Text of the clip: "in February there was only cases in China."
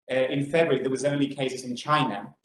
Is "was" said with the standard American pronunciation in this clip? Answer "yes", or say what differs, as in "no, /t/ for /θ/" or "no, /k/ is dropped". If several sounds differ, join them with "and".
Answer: yes